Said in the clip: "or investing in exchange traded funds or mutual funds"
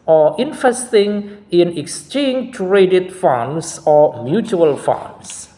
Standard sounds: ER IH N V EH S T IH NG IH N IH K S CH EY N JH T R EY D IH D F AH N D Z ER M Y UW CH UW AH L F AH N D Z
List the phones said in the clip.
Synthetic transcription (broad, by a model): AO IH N F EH S T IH NG IH N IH K S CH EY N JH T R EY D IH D F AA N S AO M Y UW CH UW AH L F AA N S